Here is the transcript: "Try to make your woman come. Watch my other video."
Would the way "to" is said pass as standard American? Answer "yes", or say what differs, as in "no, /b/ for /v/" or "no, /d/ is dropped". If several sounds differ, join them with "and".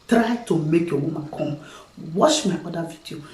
yes